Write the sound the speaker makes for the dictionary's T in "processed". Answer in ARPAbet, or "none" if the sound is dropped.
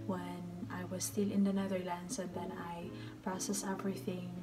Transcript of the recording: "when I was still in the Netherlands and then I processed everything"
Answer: none